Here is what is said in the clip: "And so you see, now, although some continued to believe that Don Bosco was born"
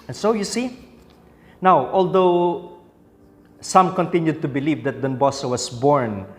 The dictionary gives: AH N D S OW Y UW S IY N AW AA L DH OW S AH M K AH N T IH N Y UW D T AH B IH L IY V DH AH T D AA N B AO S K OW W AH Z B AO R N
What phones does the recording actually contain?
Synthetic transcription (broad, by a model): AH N S OW Y UW S IY N AW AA L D OW S AH M K AH N T IH N Y UW D T AH B IH L IY V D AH T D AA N B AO S OW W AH S B AO R N